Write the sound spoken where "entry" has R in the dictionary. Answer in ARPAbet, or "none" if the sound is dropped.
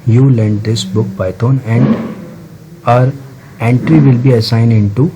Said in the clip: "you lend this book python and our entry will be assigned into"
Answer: R